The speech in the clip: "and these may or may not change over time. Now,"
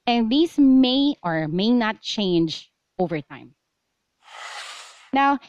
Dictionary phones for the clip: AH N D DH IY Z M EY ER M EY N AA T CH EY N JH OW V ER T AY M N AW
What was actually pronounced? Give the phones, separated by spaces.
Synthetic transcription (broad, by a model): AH N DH IY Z M EY ER M EY N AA T CH EY N JH OW V ER T AY M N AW